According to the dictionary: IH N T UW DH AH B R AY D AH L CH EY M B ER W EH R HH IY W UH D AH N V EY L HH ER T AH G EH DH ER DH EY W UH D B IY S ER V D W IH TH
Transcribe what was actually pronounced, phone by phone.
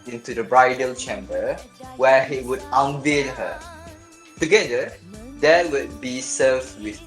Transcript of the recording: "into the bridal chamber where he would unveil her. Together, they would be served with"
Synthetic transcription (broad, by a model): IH N T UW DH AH B R AY D AH L CH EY M B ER W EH HH IY W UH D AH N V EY N HH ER T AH G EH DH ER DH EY W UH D B IY S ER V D W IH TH